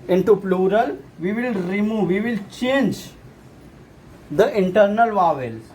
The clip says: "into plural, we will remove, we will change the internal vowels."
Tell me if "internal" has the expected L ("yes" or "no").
yes